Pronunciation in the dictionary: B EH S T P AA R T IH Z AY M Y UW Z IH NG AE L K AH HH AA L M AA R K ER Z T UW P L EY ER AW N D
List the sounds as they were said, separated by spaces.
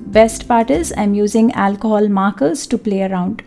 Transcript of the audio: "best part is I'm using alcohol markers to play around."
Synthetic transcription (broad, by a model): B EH S T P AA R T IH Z AY M Y UW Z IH NG AE L K AH HH AA L M AA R K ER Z T UW P L EY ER AW N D